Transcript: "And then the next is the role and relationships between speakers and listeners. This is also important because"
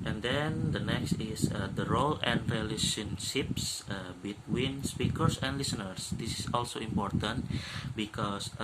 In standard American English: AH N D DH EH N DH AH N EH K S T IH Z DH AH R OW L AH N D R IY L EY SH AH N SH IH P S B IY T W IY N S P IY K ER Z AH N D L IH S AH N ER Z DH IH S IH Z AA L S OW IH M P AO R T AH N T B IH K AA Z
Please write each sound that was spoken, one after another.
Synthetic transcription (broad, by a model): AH N D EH N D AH N EH K S T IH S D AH R OW L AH N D R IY L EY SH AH N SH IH P S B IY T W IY N S P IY K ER S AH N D L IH S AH N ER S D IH S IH S AA L S OW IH M P AO R T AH N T B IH K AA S